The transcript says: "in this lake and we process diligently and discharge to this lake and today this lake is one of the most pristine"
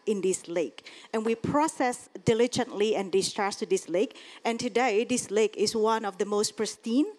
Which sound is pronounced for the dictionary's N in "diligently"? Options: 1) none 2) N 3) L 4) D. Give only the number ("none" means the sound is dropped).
2